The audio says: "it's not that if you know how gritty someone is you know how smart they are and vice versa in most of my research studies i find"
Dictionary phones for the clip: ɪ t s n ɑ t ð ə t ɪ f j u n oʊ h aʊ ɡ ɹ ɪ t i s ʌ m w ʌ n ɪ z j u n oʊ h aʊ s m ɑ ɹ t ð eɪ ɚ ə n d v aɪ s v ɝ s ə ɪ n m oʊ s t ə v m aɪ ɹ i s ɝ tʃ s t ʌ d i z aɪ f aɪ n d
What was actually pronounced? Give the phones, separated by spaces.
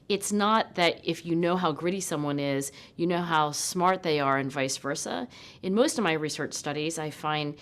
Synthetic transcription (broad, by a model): ɪ t s n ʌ t ð ə t ɪ f j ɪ n oʊ h aʊ ɡ ɹ ɪ t i s ʌ m w ʌ n ɪ z j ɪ n oʊ h aʊ s m ɑ ɹ t ð eɪ ɚ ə n v aɪ s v ɝ s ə ɪ n m oʊ s t ə v m aɪ ɹ i s ɝ tʃ s t ʌ d i z aɪ f aɪ n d